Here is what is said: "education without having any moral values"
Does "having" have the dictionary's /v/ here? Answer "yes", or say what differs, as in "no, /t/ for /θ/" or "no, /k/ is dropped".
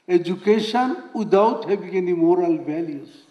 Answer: no, /b/ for /v/